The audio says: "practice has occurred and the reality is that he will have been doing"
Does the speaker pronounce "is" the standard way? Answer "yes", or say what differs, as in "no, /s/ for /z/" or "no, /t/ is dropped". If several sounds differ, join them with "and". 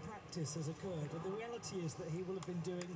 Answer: yes